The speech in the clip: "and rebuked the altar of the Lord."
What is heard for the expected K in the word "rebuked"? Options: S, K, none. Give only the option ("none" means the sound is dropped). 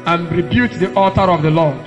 none